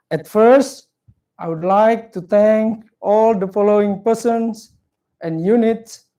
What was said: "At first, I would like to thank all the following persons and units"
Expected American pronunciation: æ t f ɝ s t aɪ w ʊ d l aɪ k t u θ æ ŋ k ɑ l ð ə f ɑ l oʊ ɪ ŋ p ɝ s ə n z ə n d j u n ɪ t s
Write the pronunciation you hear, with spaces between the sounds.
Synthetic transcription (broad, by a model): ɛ t f ɝ s t aɪ w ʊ d l aɪ k t u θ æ ŋ k ɑ l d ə f ɑ l oʊ ɪ ŋ p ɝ s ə n s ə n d j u n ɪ t s